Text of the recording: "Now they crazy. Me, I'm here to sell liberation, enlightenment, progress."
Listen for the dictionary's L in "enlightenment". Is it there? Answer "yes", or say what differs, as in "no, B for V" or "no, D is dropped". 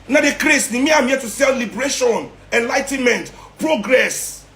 yes